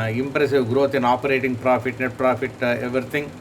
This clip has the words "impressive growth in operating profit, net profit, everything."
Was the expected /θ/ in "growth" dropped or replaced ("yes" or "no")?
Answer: yes